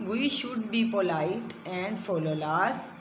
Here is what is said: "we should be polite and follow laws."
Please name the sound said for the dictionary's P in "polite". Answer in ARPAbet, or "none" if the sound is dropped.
P